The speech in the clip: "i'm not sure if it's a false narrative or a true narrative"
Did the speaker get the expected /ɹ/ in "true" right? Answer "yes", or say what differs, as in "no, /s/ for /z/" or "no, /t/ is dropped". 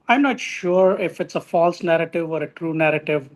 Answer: yes